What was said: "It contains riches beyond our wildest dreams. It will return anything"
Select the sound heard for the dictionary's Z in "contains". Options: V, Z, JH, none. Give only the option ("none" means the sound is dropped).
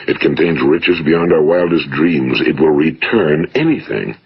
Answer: Z